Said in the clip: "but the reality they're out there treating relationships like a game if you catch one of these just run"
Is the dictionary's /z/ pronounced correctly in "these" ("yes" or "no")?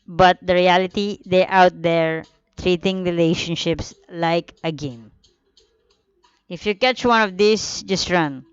no